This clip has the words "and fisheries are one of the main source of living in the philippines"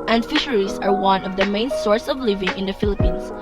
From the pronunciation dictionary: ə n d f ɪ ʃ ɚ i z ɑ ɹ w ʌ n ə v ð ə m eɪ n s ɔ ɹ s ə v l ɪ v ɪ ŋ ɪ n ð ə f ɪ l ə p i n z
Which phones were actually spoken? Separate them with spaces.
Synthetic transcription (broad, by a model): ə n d f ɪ ʃ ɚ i s ɑ ɹ w ʌ n ə v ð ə m eɪ n s ɔ ɹ s ə v l ɪ v ɪ ŋ ɪ n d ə f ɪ l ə p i n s